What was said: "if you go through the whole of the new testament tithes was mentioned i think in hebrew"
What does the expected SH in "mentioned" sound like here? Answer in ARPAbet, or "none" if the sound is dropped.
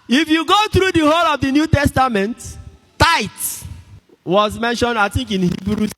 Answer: SH